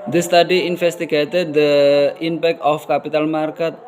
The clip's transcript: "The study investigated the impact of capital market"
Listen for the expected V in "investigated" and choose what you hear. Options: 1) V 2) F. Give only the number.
2